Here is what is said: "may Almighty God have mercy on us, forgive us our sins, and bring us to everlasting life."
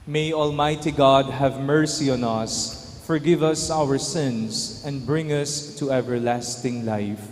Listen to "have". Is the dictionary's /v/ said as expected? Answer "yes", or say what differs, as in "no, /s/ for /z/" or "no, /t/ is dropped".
yes